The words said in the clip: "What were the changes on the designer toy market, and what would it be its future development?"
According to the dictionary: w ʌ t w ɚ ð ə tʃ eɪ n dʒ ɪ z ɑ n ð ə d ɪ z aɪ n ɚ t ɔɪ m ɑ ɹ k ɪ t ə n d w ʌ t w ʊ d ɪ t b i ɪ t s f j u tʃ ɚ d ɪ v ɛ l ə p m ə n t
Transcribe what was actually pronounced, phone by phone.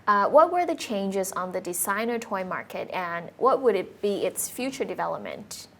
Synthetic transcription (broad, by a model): w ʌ t w ɚ ð ə tʃ eɪ n dʒ ɪ z n ð ə d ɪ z aɪ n ɚ t ɔɪ m ɑ ɹ k ɪ t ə n w ʌ t w ʊ d ɪ t b i ɪ t s f j u tʃ ɚ d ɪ v ɛ l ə p m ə n t